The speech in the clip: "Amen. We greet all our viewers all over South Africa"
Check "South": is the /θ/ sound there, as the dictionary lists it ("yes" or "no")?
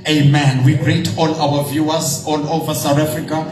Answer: no